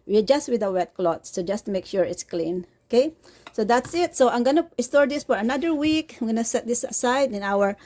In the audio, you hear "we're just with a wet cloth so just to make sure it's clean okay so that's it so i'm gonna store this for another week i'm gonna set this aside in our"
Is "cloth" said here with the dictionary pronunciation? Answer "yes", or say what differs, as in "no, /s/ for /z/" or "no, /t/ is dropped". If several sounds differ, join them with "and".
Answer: no, /t/ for /θ/